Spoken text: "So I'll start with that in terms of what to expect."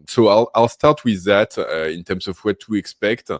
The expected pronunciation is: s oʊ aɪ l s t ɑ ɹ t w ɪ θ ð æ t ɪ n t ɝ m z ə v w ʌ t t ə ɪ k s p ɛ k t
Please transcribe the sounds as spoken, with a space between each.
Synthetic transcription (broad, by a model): s oʊ aɪ l s t ɑ ɹ t w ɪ ð æ t ɪ n t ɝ m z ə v w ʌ t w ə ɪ k s p ɛ k t